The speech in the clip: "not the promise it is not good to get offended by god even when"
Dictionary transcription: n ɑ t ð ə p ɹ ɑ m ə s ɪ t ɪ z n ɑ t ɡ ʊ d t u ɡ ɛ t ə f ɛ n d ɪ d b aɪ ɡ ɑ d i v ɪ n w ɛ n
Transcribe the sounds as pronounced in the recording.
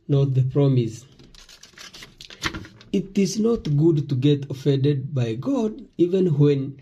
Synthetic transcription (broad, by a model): n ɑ t ð ə p ɹ ɑ m ə s ɪ t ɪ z n ɑ t ɡ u d t u ɡ ɛ t ə f ɛ n d ɪ d b aɪ ɡ ɑ d i v ɪ n w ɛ n